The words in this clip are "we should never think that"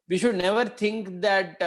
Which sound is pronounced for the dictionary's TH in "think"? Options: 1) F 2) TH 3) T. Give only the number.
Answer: 3